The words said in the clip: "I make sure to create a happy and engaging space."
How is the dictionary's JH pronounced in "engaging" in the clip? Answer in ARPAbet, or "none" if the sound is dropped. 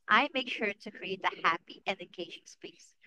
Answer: SH